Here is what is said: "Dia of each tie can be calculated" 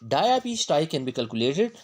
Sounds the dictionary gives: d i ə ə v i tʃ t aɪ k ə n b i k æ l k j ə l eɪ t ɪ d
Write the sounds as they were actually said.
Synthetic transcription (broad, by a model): d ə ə p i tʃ t aɪ k ə n b i k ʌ l k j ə l eɪ t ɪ d